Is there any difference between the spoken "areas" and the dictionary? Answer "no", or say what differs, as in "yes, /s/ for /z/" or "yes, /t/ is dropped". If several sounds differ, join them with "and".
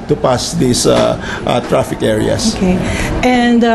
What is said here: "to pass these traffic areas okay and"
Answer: yes, /s/ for /z/